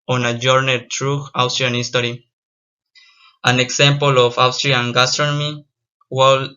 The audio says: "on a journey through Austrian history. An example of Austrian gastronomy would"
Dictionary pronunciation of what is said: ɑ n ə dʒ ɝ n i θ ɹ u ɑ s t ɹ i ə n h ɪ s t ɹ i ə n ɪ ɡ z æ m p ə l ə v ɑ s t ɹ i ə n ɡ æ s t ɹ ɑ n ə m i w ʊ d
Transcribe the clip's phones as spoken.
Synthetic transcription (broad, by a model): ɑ n ə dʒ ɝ n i t ɹ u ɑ s t ɹ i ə n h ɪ s t ɹ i ə n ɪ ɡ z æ m p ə l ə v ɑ s t ɹ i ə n ɡ æ s t ɹ ɑ n ə m i w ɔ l